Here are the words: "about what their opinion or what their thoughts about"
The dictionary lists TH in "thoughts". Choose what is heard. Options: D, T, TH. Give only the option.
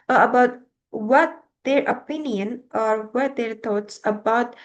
T